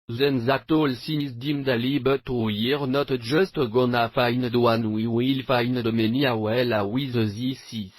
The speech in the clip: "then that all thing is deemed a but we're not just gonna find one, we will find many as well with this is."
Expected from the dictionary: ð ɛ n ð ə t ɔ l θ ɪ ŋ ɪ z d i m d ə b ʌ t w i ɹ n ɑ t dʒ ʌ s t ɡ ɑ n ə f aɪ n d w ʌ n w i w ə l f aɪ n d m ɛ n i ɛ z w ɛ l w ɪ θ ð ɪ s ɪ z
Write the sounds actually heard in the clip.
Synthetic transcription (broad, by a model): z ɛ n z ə t ɔ l s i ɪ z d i m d ə b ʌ t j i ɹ n ɑ t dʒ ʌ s t ɡ ɑ n ə f aɪ n d w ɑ n w i w ə l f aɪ n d m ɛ n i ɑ w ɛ l w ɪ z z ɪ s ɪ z